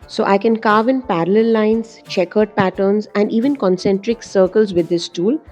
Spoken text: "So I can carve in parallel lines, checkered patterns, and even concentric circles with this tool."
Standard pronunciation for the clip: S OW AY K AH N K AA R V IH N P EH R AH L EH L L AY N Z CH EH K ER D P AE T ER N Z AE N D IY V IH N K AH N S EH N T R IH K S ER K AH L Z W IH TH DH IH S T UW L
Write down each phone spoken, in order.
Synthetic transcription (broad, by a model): S OW AY K AH N K AA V IH N P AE R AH L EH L L AY N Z CH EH K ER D P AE T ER N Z AE N D IY V IH N K AH N S EH N T R IH K S ER K AH L Z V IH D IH S T UW L